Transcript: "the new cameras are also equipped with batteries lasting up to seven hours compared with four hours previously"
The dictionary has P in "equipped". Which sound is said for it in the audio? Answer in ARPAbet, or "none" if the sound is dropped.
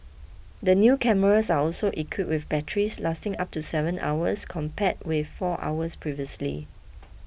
none